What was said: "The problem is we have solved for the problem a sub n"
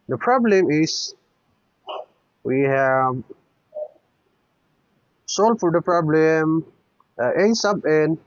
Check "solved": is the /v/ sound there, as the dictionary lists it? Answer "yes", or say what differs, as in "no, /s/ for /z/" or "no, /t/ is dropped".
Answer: no, /v/ is dropped